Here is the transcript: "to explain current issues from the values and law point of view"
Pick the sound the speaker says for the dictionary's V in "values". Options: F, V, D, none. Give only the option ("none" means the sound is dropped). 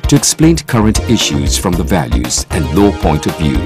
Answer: V